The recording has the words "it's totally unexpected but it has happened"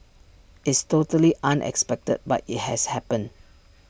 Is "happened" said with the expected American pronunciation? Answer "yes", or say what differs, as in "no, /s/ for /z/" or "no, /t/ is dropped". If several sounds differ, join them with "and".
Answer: no, /d/ is dropped